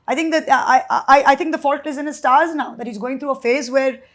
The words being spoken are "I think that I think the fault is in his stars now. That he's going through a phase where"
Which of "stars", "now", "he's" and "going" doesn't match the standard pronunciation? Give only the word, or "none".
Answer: none